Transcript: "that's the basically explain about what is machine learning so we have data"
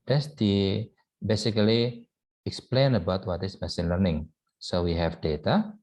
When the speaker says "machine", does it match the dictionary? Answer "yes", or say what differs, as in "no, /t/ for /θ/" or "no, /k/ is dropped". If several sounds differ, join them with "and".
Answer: no, /s/ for /ʃ/